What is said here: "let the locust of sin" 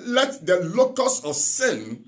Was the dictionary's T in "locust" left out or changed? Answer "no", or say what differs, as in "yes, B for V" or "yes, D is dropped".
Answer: yes, T is dropped